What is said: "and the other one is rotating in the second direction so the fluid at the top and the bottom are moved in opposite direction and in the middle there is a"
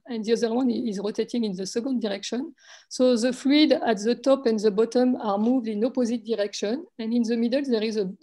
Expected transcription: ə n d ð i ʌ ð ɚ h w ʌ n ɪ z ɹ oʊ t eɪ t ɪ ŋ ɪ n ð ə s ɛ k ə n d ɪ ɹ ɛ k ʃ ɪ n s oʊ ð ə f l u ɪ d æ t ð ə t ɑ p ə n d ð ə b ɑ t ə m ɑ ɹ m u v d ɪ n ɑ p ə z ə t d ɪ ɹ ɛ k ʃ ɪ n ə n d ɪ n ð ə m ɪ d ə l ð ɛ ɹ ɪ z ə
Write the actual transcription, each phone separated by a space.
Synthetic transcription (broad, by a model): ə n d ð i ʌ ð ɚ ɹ w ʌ n ɪ z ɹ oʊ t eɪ t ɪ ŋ ɪ n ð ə s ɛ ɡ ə n d ɪ ɹ ɛ k ʃ ɪ n s oʊ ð ə f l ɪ d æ t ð ə t ɑ p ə n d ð ə b ɑ t ə m ɑ ɹ m u v d ɪ n ɑ p ə z ə t d ɪ ɹ ɛ k ʃ ɪ n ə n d ɪ n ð ə m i d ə l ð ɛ ɹ ɪ z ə